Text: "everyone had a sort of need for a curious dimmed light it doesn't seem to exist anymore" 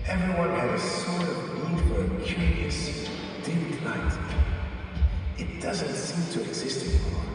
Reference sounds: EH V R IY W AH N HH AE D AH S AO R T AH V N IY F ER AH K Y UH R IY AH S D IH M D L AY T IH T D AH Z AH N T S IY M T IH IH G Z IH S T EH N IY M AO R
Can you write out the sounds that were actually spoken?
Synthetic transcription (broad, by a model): EH V R IY W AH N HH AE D AH S AO R T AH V L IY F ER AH K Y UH R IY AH S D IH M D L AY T IH T D AH Z AH N T S IY M T IH IH G Z IH S T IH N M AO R